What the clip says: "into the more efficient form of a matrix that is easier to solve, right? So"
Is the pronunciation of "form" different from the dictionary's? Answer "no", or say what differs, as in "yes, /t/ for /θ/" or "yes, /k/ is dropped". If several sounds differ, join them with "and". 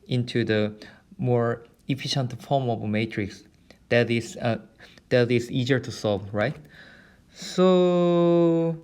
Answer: no